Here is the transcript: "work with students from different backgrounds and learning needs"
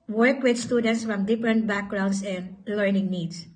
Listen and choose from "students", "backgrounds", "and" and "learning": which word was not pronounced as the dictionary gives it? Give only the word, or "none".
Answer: backgrounds